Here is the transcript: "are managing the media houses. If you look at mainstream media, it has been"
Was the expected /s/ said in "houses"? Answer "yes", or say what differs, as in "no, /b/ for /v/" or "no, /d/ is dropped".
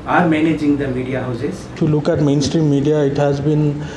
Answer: no, /s/ is dropped